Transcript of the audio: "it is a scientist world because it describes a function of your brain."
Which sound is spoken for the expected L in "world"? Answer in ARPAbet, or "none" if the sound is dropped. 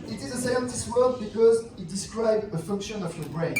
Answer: none